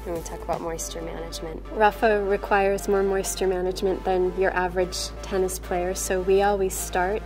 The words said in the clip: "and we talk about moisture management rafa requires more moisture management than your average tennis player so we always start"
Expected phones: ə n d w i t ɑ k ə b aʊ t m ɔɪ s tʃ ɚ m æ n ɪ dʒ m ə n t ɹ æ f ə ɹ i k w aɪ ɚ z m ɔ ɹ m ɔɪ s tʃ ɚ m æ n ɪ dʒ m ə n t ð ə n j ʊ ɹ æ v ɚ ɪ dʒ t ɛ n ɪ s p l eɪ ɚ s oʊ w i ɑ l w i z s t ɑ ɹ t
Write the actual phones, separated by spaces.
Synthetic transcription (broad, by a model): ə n w i t ɑ k ə b aʊ t m ɔɪ s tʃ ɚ m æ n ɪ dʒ m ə n t ɹ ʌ f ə ɹ i k w aɪ ɚ z m ɔ ɹ m ɔɪ s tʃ ɚ m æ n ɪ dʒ m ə n ð ə n j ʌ ɹ æ v ɚ ɪ dʒ t ɛ n ɪ s p l eɪ ɚ s oʊ w i ɑ l w i z s t ɑ ɹ t